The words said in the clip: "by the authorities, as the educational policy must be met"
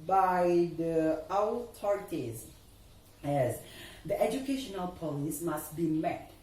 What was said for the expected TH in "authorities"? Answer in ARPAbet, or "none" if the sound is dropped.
T